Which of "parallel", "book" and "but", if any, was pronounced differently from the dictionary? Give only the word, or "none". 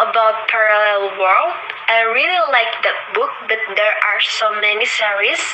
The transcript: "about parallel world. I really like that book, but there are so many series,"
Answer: none